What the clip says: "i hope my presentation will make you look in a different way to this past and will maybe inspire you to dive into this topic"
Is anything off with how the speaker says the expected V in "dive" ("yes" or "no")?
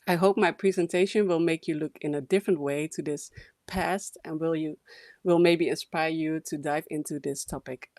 no